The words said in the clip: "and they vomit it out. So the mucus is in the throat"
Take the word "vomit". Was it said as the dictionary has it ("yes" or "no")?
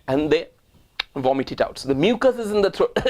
yes